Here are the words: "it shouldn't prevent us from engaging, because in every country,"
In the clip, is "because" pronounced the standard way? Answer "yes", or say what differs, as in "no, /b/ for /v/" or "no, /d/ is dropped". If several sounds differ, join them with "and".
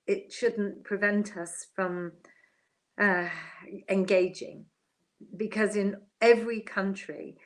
yes